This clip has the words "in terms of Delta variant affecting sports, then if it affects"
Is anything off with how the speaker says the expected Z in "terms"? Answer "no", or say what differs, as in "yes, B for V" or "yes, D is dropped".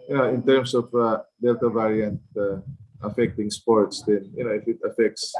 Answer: yes, S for Z